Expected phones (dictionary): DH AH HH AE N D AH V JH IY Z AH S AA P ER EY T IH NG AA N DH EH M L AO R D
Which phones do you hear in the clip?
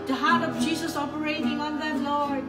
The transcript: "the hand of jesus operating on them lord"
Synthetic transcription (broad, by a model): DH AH HH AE D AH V JH IY Z AH S AA P ER EY T IH NG AA N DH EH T L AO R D